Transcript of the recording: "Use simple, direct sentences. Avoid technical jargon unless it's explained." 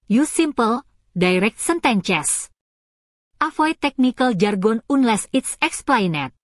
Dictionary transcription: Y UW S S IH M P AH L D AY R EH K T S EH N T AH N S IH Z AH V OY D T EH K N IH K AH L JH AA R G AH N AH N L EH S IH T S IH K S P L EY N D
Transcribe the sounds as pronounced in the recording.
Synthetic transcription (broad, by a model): Y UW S S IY M P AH L D AY R EH K T S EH N T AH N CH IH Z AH F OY T EH K N IH K AH L JH AA R G AH N AH N L EH S IH T S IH K S P L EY N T